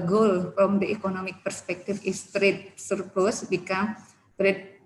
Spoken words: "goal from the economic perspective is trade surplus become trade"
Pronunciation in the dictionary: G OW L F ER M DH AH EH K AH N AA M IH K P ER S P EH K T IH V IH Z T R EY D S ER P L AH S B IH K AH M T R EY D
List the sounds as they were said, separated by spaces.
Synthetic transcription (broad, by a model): G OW L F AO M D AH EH K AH N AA M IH K P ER S P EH K T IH F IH S T R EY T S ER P AH S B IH K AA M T R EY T